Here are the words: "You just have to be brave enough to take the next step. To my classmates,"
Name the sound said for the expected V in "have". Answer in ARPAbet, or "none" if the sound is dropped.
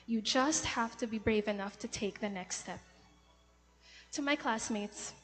F